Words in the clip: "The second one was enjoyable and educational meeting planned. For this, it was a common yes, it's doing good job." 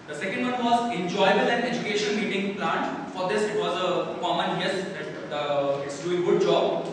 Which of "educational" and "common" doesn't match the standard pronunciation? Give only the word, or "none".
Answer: educational